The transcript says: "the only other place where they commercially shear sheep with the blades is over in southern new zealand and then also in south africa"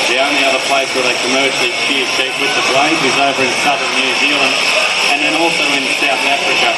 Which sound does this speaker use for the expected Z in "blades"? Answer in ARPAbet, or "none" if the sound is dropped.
none